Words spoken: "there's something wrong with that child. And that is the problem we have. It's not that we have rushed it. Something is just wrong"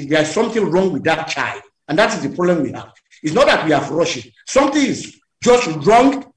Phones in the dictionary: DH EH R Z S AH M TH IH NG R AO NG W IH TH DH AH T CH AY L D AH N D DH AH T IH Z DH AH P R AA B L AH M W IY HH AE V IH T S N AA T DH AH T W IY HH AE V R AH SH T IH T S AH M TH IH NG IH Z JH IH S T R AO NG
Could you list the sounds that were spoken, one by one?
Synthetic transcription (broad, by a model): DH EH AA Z S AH M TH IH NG R AO NG W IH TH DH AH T CH AY L D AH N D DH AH T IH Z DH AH P R AA B L AH M W IY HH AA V IH T S N AA T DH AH T W IY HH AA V R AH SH IH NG S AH M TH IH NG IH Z JH IH S T R AO NG